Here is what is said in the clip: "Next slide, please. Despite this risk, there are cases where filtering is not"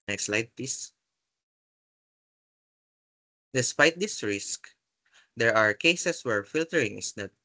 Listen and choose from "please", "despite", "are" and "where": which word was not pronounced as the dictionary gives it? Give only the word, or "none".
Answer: please